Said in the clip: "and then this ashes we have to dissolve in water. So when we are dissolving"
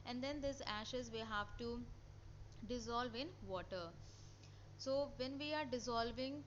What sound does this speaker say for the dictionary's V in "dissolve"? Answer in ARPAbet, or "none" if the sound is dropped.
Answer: V